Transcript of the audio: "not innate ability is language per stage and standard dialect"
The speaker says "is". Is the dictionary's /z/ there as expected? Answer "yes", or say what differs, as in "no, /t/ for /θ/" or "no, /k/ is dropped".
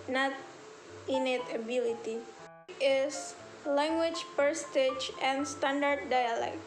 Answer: no, /s/ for /z/